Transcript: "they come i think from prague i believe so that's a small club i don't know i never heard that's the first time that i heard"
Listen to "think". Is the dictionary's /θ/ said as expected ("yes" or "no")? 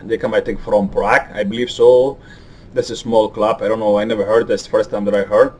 no